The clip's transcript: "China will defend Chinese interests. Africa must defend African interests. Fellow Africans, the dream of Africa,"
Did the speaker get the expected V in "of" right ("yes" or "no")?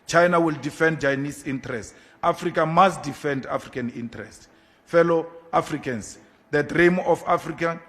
no